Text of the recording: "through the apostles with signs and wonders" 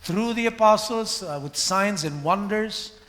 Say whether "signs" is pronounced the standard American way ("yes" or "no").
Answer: yes